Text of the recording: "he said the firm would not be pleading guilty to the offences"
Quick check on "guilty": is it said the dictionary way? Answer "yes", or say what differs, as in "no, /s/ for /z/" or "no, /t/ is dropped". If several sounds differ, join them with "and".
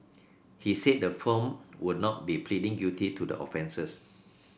no, /l/ is dropped